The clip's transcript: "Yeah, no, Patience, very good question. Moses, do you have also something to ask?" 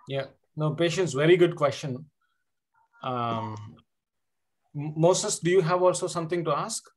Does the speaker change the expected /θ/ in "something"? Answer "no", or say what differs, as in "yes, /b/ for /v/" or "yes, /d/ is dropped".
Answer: yes, /t/ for /θ/